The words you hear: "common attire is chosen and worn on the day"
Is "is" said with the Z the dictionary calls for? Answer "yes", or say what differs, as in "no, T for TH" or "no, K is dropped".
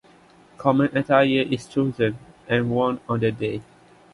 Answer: no, S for Z